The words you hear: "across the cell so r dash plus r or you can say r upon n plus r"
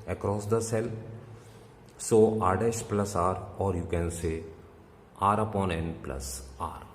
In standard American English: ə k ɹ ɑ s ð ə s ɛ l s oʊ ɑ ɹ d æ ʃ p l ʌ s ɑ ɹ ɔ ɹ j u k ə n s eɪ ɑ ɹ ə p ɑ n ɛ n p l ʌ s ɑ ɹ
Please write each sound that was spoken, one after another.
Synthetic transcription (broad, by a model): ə k ɹ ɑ s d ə s ɛ l s oʊ ɑ ɹ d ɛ s p l ʌ s ɑ ɹ ɔ ɹ j u k ə n s eɪ ɑ ɹ ə p ɑ n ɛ n p l ʌ s ɑ ɹ